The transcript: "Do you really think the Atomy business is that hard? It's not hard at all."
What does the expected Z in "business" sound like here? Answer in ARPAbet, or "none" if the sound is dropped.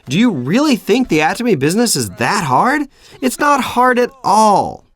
Z